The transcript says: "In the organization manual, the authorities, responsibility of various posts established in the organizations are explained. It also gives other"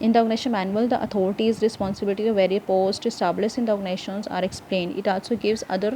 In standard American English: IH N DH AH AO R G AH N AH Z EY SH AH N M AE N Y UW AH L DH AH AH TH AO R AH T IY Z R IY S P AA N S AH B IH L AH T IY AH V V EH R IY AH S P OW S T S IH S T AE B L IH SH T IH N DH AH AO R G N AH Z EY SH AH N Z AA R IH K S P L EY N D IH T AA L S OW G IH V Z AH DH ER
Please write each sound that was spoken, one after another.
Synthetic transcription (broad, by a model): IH N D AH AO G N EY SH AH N M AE N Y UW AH L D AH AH T AO R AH T IY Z R IY S P AA N S AH B IH L AH T IY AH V V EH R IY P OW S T IH S T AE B L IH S IH N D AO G N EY SH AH N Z AA R IH K S P L EY N D IH T AA L S OW G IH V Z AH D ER